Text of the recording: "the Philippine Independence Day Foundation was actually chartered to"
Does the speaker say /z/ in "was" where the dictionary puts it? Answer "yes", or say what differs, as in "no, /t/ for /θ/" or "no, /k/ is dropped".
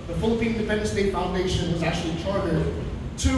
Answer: yes